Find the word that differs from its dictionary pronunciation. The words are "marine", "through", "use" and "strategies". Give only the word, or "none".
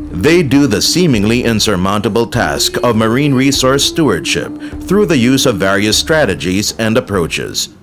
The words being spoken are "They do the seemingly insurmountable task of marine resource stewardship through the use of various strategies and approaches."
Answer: none